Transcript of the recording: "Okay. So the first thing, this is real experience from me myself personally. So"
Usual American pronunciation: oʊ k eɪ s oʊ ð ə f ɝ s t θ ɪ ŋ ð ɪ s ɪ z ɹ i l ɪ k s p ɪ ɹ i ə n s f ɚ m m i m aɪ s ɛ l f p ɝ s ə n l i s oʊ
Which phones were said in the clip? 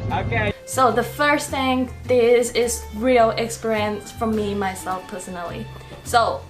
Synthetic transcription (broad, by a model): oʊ k eɪ s oʊ ð ə f ɝ s θ ɪ ŋ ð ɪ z ɪ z ɹ i l ɪ k s p ɪ ɹ i ə n s f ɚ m m i m aɪ s ɛ l f p ɝ s ə n l i s oʊ